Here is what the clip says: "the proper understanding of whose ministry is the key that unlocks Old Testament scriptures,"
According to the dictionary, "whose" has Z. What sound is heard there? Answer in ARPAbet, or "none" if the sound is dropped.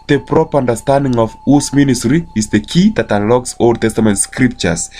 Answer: S